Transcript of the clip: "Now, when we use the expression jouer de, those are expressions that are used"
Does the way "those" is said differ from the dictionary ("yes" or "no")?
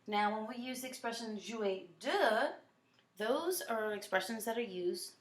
no